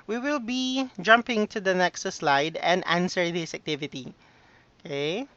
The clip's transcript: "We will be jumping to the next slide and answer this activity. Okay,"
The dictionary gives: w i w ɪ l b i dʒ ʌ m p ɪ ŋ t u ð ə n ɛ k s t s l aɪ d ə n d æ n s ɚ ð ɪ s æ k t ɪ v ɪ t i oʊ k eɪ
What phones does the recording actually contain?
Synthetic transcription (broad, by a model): w i w ɪ l b i dʒ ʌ m p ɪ ŋ t u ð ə n ɛ k s t s l aɪ d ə n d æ n s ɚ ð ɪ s æ k t ɪ v ɪ t i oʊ k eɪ